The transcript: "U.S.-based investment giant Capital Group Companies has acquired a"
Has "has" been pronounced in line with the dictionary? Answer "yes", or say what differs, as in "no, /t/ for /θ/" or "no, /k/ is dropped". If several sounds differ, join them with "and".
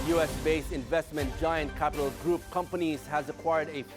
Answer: yes